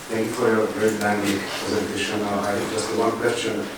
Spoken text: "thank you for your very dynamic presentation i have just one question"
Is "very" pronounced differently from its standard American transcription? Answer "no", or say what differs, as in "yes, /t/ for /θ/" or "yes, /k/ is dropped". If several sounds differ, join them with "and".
yes, /p/ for /v/